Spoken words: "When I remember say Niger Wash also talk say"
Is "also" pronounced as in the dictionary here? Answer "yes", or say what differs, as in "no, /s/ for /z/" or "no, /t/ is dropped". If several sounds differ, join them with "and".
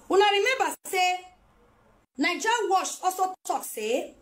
no, /l/ is dropped